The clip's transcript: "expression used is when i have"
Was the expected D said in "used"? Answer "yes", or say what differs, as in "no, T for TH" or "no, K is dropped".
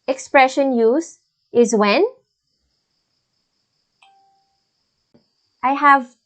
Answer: no, D is dropped